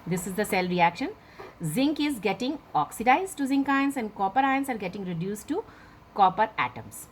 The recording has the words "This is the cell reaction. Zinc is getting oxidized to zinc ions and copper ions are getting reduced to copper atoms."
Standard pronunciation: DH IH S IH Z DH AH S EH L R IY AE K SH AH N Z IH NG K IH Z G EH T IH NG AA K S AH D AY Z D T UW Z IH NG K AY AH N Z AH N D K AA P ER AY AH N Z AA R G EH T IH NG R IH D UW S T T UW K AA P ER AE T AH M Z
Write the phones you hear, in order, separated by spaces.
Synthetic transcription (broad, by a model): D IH S IH Z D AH S EH L R IY AE K SH AH N Z IH NG K IH Z G EH T IH NG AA K S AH D AY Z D T UW Z IH NG K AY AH N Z AH N D K AA P ER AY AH N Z AA R G EH T IH NG R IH D UW S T T UW K AA P ER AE T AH M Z